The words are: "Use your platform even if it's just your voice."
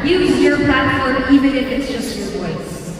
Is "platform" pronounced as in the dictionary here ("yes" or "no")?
no